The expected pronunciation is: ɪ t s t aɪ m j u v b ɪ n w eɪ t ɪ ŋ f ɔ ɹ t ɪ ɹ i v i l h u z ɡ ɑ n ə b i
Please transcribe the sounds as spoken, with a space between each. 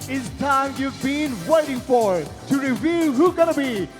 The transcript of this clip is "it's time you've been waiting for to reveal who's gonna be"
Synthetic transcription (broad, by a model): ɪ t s t aɪ m j u v b ɪ n w eɪ t ɪ ŋ f ɔ ɹ t ɪ ɹ i v i l h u ɡ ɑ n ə b i